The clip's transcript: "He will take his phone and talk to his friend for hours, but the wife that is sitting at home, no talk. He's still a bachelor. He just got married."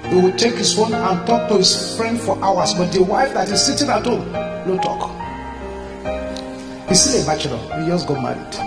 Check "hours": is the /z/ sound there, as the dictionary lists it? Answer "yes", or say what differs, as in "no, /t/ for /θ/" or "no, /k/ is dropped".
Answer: no, /s/ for /z/